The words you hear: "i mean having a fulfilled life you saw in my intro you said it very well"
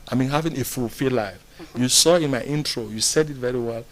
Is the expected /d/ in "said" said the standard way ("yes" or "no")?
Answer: yes